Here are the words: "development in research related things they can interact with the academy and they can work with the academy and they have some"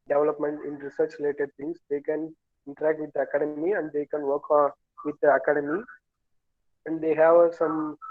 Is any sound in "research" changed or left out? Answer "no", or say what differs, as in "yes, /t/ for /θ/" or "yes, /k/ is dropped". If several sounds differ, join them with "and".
no